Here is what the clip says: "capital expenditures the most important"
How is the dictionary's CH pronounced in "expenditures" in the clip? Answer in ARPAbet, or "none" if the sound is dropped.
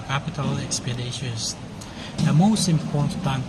SH